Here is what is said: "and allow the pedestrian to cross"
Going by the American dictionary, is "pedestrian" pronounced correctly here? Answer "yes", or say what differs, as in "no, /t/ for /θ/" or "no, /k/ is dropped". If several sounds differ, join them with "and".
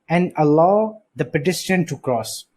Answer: no, /s/ is dropped and /ɹ/ is dropped